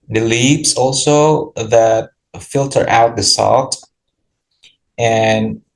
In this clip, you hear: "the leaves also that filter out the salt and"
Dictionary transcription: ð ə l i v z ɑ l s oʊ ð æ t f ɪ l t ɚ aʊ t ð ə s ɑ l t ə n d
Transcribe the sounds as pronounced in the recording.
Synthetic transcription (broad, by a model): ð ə l i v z ɑ l s oʊ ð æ t f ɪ l t ɚ aʊ t ð ə s ɑ l t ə n